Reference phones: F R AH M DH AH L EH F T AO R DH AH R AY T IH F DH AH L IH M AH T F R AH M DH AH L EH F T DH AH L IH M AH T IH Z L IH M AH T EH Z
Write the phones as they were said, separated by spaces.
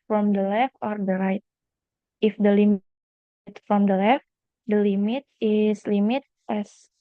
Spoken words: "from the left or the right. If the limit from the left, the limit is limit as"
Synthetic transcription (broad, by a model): F R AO M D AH L EH F T AO R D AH R AY T IH F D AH L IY M T F R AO M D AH L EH F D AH L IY M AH T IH S L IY M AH T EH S